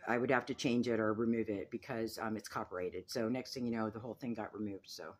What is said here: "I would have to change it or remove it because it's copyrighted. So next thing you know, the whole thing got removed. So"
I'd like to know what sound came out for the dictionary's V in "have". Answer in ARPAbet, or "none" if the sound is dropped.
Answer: F